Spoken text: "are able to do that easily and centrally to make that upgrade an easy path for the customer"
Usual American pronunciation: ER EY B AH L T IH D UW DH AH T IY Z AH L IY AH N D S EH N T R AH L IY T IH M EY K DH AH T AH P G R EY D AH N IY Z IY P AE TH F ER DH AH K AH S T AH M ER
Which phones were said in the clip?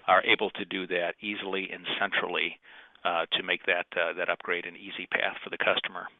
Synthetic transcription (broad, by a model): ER EY B L T IH D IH DH AH T IY Z L IY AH N S EH N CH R L IY T IH M EY K DH AH T AH P G R EY D AH N IY Z IY P AE TH F ER DH AH K AH S T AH M ER